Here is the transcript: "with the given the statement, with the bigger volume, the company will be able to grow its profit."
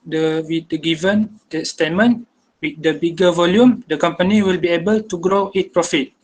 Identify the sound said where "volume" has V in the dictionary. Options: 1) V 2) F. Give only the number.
1